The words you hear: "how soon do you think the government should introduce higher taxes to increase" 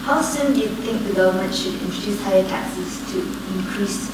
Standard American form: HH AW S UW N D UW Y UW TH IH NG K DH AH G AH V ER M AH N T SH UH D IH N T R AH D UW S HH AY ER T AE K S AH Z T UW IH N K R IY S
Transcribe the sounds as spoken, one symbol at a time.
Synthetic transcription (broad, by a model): HH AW S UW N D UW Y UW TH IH NG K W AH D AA UH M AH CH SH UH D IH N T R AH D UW S HH AY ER T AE K S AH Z T UW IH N K R IY S